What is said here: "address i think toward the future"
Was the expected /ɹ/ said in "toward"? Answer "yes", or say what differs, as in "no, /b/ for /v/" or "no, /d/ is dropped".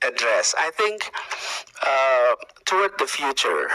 no, /w/ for /ɹ/